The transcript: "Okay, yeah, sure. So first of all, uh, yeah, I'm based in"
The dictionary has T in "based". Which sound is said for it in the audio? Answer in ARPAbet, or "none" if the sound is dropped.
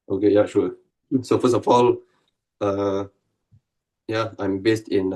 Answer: T